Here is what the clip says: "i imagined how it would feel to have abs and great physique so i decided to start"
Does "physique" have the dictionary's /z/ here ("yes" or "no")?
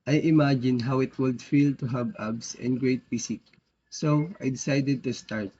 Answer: no